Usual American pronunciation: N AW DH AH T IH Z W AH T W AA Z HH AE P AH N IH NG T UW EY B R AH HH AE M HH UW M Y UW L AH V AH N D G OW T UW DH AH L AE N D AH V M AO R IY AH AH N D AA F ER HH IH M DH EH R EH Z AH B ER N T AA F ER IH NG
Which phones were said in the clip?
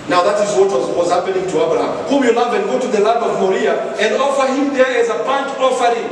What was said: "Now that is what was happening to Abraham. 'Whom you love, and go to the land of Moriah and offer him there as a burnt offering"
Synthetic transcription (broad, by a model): N AW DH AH T IH Z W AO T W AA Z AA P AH L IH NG T UW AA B R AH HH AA M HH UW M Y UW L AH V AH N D G OW T UW DH AH L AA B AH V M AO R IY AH AH N D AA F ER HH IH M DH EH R EH Z AH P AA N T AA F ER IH